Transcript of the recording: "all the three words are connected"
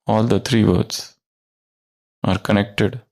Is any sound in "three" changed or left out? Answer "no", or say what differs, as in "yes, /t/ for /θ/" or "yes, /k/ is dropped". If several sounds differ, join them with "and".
yes, /t/ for /θ/